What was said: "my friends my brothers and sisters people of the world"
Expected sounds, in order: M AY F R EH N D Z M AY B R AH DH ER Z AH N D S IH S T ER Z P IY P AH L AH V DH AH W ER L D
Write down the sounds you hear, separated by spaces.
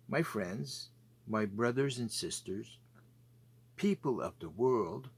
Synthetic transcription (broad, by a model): M AY F R EH N D Z M AY B R AH DH ER Z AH N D S IH S T ER Z P IY P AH L AH V DH AH W ER L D